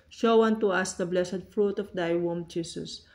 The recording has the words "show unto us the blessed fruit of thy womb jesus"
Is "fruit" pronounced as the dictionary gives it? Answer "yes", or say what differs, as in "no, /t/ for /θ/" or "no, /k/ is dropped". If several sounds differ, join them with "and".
yes